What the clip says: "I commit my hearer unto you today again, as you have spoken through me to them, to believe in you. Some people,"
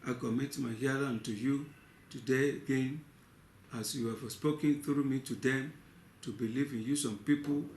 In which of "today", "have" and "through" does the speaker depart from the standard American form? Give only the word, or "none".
have